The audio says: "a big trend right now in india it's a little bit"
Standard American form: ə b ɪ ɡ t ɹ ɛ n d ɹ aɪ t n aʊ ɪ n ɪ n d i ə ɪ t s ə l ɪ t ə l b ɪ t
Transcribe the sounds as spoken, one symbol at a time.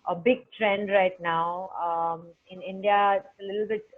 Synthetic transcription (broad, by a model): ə b ɪ ɡ t ɹ ɛ n d ɹ aɪ t n aʊ ɪ n ɪ n d i ə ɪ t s ə l ɪ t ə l b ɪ t